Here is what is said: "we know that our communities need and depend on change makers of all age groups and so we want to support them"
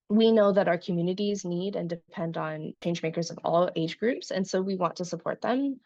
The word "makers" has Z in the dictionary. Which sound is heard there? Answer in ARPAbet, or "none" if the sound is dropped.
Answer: Z